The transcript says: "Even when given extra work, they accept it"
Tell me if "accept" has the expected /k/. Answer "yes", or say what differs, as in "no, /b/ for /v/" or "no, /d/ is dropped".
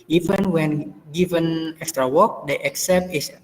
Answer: yes